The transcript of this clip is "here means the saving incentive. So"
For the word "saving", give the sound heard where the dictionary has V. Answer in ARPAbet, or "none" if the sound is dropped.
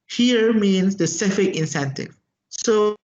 F